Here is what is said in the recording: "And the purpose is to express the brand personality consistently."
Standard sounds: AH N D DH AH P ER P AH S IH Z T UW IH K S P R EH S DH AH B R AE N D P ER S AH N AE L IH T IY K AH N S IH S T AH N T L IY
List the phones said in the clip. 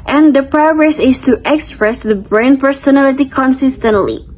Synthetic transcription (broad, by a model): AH N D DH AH P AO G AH S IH S T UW IH K S P R EH S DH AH B R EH N P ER S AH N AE L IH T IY K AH N S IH S T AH N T L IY